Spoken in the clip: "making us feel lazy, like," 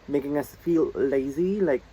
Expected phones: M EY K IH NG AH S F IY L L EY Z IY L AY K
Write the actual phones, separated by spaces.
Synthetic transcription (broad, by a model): M EY K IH NG AH S F IY L L EY Z IY L AY K